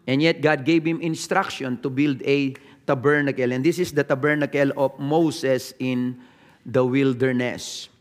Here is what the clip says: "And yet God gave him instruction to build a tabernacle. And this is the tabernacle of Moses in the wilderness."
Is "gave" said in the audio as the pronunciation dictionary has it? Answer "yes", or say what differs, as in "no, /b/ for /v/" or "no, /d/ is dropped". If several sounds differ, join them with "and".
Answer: no, /b/ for /v/